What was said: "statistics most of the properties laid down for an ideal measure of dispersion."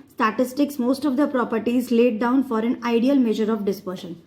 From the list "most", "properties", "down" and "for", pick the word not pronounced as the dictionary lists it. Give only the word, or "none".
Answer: none